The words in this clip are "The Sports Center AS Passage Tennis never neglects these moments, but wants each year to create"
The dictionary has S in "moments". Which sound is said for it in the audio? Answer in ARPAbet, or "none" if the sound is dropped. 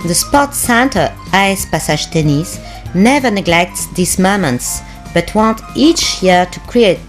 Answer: S